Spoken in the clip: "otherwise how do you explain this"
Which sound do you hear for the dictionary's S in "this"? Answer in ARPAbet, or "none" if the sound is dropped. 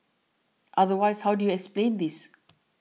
S